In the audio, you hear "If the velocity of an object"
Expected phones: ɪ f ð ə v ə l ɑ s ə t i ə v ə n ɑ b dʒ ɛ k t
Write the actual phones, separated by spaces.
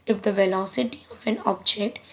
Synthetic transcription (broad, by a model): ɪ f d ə v ə l ɑ s ə t i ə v ə n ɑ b dʒ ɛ k t